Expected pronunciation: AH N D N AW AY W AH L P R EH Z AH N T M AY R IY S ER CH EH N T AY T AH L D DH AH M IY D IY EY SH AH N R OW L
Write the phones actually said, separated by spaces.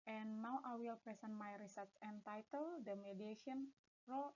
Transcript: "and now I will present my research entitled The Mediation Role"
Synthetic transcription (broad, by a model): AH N N AW AY W AH L P R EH S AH N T M AY R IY S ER S EH N T AY T AH L D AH M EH D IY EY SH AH N R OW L